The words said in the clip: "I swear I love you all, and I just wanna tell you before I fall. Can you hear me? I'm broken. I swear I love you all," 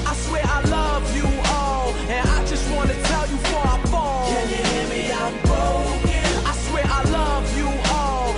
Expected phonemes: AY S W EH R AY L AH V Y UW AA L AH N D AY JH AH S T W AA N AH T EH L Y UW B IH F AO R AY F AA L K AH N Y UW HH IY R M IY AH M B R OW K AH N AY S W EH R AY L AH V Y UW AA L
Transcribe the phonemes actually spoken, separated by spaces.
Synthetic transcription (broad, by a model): AY S W EH R AY L AH V Y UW AA L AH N AY JH AH S T W AA N AH T EH L Y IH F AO R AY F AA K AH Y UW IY M IY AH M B OW AH IH S W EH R AY L AH V Y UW AA L